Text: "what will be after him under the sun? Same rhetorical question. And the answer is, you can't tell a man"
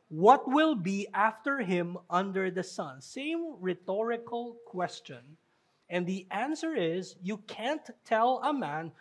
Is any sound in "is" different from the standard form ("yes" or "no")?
no